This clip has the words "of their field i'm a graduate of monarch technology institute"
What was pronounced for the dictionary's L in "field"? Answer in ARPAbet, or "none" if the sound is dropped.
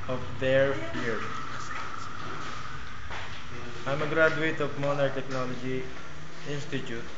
none